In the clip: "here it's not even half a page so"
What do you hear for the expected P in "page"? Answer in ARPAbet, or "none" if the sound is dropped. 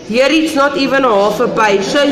B